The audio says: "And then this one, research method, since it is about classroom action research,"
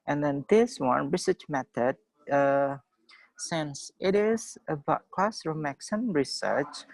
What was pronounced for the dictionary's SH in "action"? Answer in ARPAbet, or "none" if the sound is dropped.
S